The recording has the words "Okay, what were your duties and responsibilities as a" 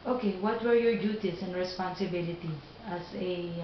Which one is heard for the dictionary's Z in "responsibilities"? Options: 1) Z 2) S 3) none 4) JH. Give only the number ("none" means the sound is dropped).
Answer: 3